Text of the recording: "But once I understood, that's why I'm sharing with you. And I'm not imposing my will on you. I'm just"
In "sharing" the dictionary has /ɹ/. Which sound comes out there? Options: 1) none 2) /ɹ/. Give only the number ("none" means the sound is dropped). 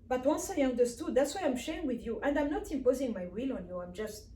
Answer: 1